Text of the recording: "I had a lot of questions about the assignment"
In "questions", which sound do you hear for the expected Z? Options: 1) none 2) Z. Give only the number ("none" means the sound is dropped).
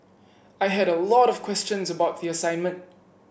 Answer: 2